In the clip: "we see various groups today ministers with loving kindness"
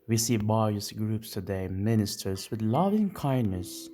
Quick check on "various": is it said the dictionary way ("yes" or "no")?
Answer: no